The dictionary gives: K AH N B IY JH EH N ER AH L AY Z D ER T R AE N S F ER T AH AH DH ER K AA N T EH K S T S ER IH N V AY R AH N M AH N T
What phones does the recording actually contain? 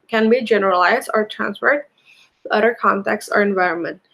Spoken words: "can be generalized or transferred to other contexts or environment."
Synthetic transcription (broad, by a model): K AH N B IY JH EH N ER AH L AY Z D ER T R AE N S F ER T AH AH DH ER K AA N T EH K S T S ER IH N V AY R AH N M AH N T